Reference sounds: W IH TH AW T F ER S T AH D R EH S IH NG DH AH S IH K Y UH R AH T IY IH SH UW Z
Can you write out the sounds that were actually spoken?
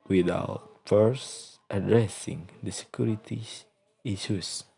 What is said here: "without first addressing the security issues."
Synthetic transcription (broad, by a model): W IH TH AW T F ER S T AH D R EH S IH NG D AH S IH K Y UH R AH T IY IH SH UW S